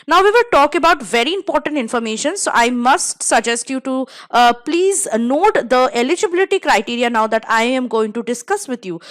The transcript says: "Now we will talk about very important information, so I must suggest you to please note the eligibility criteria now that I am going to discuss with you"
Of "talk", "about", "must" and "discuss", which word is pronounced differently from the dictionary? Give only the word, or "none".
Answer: none